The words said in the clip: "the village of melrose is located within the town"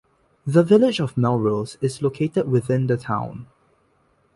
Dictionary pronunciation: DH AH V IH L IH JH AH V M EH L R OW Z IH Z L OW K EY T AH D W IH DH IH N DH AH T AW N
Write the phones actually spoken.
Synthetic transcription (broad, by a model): DH AH V IH L IH JH AH V M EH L R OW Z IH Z L OW K EY T AH D W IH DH IH N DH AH T AW N